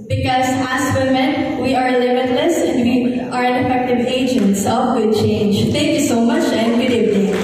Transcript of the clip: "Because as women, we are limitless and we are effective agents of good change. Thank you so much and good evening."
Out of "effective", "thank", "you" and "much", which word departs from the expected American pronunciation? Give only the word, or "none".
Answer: thank